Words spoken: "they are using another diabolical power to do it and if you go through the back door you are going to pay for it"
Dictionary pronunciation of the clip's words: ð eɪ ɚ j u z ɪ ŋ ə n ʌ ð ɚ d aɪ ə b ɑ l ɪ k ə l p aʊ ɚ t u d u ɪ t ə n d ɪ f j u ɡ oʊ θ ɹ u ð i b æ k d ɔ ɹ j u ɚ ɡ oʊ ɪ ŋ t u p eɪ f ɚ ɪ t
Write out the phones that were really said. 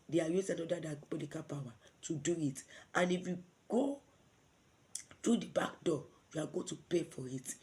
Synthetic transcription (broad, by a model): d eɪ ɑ j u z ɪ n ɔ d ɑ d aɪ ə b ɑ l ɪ k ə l p aʊ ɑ t u d u ɪ t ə n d ɪ f j u ɡ oʊ t ɹ u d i b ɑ k d ɔ j u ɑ ɡ oʊ t u p eɪ f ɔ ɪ t